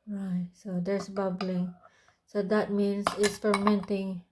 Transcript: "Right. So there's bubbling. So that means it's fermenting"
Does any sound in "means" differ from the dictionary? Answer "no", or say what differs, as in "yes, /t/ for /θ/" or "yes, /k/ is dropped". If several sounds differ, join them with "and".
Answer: yes, /s/ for /z/